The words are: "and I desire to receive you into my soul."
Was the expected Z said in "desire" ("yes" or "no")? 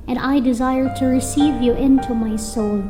yes